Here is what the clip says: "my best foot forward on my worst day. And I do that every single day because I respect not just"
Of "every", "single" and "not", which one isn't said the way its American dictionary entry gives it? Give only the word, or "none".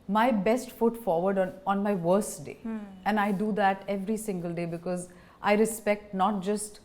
none